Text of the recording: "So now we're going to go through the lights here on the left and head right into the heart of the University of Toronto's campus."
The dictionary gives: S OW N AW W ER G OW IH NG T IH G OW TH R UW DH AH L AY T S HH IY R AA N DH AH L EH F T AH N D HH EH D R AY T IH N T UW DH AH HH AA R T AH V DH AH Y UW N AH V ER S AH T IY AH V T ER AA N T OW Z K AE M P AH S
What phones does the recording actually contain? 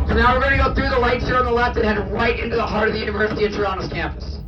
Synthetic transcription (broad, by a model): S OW N AW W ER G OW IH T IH G OW TH R UW DH AH L AY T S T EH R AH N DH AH L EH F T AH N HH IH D R AY T IH N T UW DH AH HH AA R T AH V DH AH Y UW N AH V ER S AH T IY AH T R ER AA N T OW S K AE M P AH S